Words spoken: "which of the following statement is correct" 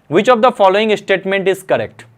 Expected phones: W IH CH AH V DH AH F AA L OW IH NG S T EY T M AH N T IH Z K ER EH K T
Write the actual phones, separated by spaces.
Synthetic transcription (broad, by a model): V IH CH AH V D AH F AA L OW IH NG S T EY T M AH N T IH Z K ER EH K T